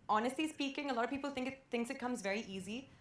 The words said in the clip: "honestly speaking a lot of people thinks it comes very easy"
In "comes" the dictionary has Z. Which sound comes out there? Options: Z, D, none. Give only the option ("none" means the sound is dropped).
Z